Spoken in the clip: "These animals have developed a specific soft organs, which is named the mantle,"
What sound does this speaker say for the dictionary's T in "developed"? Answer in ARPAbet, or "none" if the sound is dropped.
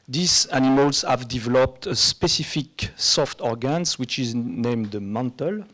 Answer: T